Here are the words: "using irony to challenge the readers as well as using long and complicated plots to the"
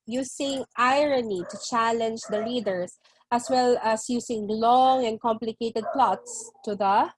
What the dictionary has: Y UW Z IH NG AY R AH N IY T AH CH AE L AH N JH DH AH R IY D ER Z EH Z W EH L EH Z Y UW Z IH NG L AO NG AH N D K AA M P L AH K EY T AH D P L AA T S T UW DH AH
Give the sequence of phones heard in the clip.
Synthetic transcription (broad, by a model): Y UW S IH NG AY R AH N IY T AH CH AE L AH N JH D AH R IY D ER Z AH S W EH L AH S Y UW S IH NG L AO NG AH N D K AA M P L AH K EY T AH D P L AA T S T UW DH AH